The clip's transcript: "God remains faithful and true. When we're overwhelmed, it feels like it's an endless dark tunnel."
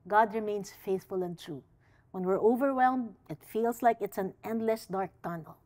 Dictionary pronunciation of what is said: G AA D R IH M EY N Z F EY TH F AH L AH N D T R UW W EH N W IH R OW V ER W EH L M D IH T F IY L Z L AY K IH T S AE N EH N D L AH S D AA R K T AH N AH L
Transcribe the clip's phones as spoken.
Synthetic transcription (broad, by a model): G AA D R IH M EY N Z F EY TH F AH L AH N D T R UW W EH N W IH R OW V ER W EH L M D IH T F IY L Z L AY K IH T S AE N EH N D L AH S D AA R K T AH N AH L